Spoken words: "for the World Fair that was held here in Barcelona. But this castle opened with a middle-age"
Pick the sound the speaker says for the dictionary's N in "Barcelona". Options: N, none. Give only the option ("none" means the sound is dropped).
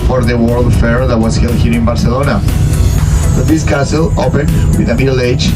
N